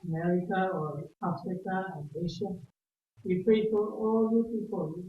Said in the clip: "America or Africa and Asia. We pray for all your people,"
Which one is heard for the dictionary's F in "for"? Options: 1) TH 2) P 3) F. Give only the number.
2